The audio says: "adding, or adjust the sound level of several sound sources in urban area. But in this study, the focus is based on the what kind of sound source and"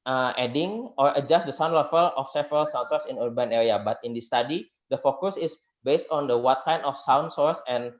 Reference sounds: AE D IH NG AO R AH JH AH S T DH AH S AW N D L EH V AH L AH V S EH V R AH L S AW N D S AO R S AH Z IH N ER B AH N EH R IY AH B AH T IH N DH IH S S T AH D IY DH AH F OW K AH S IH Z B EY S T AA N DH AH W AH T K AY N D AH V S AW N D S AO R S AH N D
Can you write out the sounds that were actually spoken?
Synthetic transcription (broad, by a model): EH D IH NG AO R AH JH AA S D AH S AW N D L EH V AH L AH F S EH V R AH L S AW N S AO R S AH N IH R B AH N EH R IY AH B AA T IH N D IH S S T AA D IY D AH F OW K AH S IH S B EY S T AA N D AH W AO T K AY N AH F S AW N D S AO R S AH N